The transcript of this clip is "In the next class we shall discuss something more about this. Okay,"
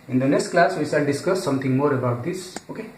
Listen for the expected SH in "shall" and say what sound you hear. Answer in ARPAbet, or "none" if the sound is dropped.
S